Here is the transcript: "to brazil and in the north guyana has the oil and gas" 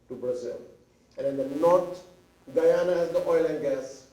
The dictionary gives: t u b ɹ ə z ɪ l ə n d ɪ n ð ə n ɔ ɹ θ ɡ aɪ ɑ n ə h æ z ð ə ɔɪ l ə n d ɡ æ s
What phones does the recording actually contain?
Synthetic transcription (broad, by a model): t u b ɹ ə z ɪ l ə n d ɪ n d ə n ɔ ɹ t ɡ aɪ ɑ n ə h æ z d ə ɔɪ l ə n d ɡ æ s